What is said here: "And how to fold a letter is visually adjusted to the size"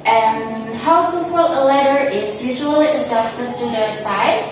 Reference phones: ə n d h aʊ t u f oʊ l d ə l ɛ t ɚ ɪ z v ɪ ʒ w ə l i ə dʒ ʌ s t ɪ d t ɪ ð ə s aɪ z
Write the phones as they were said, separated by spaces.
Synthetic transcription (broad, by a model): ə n h aʊ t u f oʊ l ə l ɛ t ɚ ɪ z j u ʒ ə l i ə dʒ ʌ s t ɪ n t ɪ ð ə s aɪ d